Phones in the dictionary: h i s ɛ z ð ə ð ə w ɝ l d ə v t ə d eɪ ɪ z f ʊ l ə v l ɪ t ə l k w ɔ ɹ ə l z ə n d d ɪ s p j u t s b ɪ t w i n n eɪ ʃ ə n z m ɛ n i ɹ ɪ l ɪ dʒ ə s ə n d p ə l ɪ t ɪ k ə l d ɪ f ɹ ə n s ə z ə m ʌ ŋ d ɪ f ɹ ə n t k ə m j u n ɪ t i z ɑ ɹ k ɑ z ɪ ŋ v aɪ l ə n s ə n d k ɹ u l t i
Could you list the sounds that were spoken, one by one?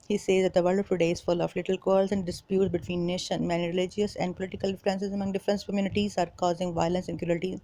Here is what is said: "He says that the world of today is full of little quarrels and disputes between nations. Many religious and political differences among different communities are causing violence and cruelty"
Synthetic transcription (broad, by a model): h i s ɛ z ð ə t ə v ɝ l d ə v t ə d eɪ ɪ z f ʊ l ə f l ɪ t ə l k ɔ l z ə n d d ɪ s p j u t s b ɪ t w i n n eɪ ʃ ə n m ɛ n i ɹ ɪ l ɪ dʒ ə s ə n d p ə l ɪ t ɪ k ə l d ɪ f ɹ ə n s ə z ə m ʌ ŋ d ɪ f ɹ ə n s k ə m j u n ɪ t i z ɑ ɹ k ɑ z ɪ ŋ v aɪ l ə n s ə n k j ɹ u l t i